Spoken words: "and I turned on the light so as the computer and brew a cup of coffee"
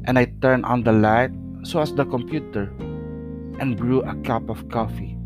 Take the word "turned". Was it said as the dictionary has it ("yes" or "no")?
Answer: no